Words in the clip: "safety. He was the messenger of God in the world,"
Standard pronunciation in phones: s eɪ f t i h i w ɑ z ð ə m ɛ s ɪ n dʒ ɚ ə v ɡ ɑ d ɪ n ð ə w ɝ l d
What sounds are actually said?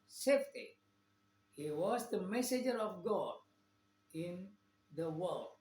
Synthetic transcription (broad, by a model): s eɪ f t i h i w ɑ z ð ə m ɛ s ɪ dʒ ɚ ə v ɡ ɑ d ɪ n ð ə w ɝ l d